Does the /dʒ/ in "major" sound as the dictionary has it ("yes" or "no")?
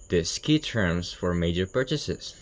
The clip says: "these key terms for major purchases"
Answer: yes